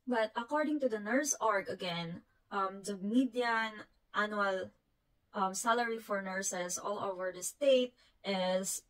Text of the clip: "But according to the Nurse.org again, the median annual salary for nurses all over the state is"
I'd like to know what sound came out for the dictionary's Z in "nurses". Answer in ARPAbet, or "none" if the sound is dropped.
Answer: S